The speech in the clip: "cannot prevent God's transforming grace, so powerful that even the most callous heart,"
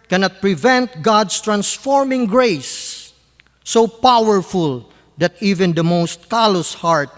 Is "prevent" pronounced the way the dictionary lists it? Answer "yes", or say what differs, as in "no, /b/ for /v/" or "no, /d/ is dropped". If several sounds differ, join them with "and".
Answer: yes